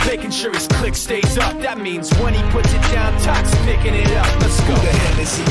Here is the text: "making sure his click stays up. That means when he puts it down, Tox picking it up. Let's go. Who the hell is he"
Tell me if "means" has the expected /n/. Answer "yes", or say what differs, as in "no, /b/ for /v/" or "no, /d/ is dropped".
yes